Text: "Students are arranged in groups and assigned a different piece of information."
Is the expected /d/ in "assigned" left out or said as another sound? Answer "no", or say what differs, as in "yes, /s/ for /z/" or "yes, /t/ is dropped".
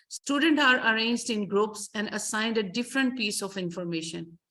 no